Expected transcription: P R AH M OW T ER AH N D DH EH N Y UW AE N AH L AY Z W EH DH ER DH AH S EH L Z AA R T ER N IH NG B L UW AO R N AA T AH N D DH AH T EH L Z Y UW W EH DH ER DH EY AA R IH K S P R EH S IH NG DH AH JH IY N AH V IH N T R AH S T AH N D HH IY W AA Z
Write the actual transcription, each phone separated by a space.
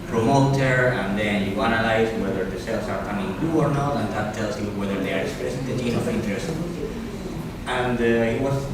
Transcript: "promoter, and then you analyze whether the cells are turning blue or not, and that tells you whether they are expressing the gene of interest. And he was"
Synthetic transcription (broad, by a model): P R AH M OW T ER AH N D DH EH N Y UW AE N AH L AY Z W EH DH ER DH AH S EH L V AA R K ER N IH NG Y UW AO R N AA T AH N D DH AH T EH L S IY W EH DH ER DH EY AA R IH S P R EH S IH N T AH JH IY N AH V IH N T R AH S T AH N D HH IY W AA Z